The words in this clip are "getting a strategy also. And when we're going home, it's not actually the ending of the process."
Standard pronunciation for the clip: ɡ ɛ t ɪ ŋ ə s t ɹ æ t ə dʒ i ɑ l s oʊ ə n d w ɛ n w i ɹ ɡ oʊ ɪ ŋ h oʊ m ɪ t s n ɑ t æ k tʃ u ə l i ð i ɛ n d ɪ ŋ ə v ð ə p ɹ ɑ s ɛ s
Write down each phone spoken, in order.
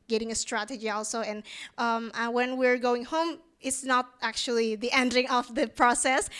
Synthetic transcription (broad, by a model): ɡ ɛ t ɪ ŋ ə s t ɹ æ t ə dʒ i ɑ l s oʊ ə n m w ɛ n w i ɹ ɡ oʊ ɪ ŋ h oʊ m ɪ t s n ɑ t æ k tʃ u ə l i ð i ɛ n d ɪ ŋ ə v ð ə p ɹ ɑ s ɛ s